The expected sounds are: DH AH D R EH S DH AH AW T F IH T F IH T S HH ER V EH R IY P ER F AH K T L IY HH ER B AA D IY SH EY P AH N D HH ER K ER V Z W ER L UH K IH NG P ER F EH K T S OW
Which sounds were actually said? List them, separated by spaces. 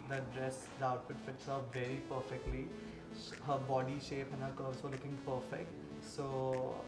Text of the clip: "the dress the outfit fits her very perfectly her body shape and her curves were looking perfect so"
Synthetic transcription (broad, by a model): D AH D R EH S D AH AW T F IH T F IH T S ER V EH R IY P ER F AH K T L IY HH ER B AA D IY SH EY P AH N HH ER K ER Z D L UH K IH NG P ER F EH K T S OW